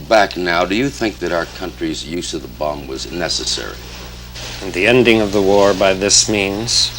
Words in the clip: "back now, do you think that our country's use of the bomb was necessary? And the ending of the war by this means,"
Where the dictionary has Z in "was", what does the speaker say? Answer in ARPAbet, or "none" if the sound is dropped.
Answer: Z